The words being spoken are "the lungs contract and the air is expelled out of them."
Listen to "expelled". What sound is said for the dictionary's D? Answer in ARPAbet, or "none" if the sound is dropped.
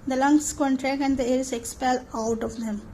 none